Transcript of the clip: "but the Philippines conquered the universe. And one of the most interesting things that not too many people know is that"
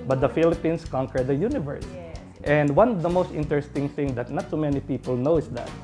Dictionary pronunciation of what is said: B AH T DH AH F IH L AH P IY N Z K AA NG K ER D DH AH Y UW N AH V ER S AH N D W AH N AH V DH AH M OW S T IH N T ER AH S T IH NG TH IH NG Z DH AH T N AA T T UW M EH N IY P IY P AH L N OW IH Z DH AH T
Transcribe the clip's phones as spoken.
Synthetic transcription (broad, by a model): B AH T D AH F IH L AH P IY N S K AA NG K ER D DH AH Y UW N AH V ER S AH N D W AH N AH V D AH M OW S T IH N T ER AH S T IH NG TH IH NG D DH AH T N AA T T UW M EH N IY P IY P AH L N OW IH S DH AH T